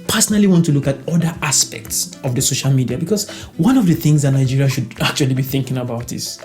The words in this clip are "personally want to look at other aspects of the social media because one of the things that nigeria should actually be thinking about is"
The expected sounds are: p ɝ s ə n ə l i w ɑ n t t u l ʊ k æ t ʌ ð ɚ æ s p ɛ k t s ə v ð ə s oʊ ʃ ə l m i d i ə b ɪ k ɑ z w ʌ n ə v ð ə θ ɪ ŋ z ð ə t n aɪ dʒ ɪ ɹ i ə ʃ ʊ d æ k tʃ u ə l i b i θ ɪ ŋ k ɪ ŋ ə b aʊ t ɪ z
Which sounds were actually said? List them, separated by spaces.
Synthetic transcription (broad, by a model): p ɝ s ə n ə l i w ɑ n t t u l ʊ k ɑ t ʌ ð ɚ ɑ s p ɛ k t s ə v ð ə s oʊ ʃ ə l m i d i ə b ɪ k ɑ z w ʌ n ə v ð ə θ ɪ ŋ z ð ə t n aɪ dʒ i ɹ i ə ʃ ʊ d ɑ k tʃ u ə l i b i θ ɪ ŋ k ɪ ŋ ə b aʊ t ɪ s